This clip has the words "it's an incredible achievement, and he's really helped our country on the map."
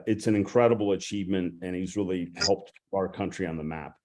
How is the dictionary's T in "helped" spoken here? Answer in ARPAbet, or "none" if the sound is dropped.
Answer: T